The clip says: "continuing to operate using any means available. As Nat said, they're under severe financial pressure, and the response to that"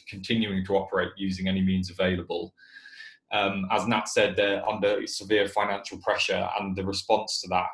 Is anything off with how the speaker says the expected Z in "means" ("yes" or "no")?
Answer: no